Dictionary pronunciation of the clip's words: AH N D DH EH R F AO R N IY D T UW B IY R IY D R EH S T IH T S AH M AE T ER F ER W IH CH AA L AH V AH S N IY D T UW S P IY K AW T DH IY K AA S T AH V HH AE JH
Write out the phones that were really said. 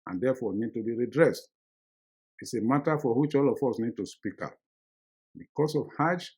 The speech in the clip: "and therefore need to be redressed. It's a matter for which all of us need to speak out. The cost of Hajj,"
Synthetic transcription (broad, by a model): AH N D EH F AO N IY D T UW B IY R IY D R EH S T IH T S AH M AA T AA F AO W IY CH AA L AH F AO S N IY D T UW S P IY K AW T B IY K AA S AH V HH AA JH